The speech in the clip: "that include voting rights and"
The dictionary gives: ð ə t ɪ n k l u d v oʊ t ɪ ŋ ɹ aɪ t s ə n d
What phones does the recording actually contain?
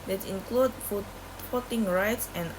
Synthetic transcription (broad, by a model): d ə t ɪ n k l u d p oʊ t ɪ ŋ ɹ aɪ t s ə n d